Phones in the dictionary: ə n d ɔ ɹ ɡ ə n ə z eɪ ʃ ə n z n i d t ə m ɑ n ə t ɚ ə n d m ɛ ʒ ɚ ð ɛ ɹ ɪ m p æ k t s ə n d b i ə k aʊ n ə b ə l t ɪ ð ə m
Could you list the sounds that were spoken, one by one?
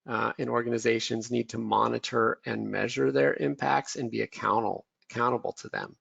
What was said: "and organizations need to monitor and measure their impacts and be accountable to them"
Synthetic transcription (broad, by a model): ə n ɔ ɹ ɡ ə n ə z eɪ ʃ ə n z n i d t ə m ɑ n ə t ɚ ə n m ɛ ʒ ɚ ð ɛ ɹ ɪ m p æ k t s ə n b i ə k aʊ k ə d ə l t ɪ ð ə m